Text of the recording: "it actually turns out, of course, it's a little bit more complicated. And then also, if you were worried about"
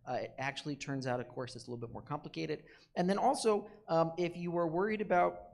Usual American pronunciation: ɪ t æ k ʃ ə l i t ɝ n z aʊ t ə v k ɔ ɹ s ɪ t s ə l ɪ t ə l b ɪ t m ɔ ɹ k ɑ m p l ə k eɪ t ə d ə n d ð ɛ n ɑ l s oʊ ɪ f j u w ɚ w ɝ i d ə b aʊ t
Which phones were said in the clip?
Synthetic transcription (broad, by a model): ɪ t æ k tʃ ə l i t ɝ n z aʊ t ə v k ɔ ɹ s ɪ s ə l ɪ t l b ɪ t m ɔ ɹ k ɑ m p l ə k eɪ t ə d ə n ð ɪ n ɑ l s oʊ ɪ f j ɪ w ɚ w ɝ i d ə b aʊ t